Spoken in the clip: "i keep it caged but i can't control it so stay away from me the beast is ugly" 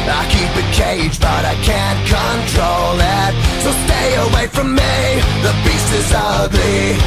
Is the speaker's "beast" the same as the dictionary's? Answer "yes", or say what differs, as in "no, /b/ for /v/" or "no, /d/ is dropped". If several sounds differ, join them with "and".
no, /t/ is dropped